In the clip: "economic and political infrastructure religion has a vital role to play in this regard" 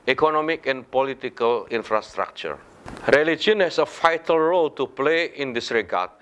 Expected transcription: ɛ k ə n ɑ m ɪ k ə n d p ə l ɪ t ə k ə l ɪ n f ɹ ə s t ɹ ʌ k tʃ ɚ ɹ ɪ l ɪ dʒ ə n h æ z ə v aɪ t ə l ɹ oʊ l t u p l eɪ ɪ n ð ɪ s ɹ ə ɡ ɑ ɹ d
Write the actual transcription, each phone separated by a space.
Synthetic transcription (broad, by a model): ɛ k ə n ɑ m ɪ k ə n p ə l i t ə k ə l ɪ n f ɹ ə s t ɹ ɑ k tʃ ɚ ɹ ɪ l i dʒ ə n h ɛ s ə f aɪ t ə l ɹ oʊ l t u p l eɪ ɪ n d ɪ s ɹ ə ɡ ɑ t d